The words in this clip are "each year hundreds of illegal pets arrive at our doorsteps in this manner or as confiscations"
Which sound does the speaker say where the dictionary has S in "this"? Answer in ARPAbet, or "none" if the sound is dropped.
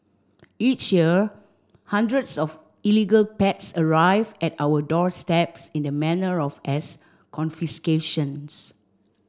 none